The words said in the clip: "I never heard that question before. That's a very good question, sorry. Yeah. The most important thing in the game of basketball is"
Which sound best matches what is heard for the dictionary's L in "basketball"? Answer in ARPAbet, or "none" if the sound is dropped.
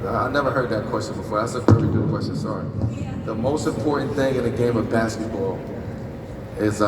L